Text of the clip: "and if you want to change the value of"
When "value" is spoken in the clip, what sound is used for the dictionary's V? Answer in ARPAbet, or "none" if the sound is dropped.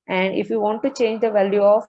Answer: V